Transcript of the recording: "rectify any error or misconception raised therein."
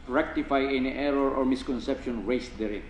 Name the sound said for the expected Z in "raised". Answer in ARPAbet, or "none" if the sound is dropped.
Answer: S